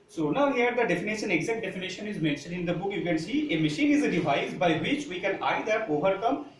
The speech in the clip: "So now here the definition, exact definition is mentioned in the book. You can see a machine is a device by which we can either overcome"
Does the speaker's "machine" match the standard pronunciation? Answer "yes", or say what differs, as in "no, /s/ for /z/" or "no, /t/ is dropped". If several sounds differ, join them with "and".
yes